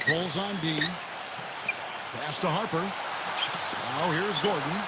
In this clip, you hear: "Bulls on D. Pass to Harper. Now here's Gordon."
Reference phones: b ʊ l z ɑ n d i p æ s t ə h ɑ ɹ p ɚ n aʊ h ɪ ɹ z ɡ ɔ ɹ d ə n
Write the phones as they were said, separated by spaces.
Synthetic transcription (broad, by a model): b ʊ l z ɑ n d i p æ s t ə h ɑ ɹ p ɚ n aʊ h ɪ ɹ z ɡ ɔ ɹ d n